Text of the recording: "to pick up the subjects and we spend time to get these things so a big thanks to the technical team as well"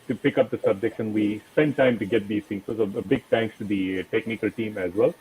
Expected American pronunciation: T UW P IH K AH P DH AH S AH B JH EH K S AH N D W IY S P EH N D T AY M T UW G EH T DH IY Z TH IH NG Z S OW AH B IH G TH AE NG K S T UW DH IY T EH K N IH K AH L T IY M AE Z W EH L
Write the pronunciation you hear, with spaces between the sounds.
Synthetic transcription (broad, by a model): T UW P IH K AH P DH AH S AH B JH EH K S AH N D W IY S P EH N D T AY M T UW G EH T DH IY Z T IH NG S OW AH B IH G T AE NG K S T UW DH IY T EH K N IH K AH L T IY M AE Z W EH L